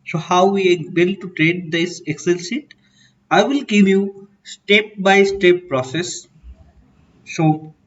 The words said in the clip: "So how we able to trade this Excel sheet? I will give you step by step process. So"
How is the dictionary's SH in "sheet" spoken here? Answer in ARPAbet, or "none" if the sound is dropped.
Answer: S